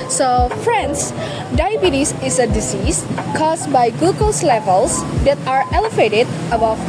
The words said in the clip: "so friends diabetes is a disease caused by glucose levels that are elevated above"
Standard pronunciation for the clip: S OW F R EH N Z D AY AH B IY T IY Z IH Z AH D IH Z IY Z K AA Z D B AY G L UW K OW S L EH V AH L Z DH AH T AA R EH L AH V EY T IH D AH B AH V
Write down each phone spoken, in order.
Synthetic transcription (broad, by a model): S OW F R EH N S D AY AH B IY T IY S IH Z AH D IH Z IY S K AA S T B AY G UW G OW S L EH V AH L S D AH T AA R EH L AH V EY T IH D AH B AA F